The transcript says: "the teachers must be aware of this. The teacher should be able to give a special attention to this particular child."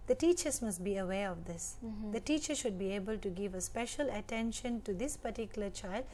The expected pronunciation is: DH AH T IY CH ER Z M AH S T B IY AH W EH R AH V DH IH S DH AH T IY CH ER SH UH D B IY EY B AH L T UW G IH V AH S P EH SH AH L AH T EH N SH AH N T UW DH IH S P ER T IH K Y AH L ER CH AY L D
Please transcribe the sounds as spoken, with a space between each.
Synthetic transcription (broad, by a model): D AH T IY CH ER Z M AH S T B IY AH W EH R AH V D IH S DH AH T IY CH ER SH UH D B IY EY B AH L T UW G IH V AH S P EH SH AH L AH T EH N SH AH N T UW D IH S P ER T IH K Y AH L ER CH AY L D